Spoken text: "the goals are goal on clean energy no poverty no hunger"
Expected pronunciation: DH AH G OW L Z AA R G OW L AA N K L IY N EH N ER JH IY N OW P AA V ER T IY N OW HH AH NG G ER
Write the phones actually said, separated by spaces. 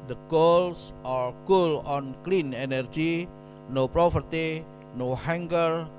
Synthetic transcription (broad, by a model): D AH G OW L S AA R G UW L AA N K L IY N EH N ER JH IY N OW P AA P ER T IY N OW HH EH NG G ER